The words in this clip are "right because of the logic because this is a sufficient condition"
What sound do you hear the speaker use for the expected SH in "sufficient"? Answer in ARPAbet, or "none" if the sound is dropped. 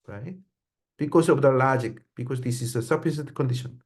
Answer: S